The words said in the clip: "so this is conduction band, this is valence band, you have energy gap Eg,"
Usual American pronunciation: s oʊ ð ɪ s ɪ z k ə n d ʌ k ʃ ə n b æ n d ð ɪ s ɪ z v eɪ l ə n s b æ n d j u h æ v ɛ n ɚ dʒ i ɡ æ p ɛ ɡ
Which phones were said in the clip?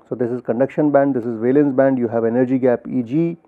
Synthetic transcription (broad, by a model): s oʊ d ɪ s ɪ z k ə n d ʌ k ʃ ə n b æ n d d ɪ s ɪ z v eɪ l ə n s b æ n d j u h æ v ɛ n ɚ dʒ i ɡ æ p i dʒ